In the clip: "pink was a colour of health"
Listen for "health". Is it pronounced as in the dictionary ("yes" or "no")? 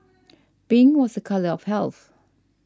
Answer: yes